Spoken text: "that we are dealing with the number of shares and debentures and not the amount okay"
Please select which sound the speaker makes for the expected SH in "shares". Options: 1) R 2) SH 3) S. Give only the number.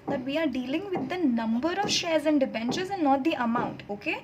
2